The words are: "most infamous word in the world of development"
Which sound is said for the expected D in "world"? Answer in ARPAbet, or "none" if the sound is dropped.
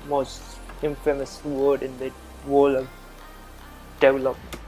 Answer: none